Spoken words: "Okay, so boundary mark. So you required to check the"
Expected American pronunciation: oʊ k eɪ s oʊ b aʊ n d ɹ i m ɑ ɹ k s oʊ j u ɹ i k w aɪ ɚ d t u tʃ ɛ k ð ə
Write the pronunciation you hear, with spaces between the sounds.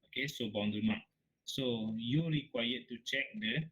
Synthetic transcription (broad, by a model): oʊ k eɪ s oʊ b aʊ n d i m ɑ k s oʊ j u ɹ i k w aɪ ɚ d t u tʃ ɛ k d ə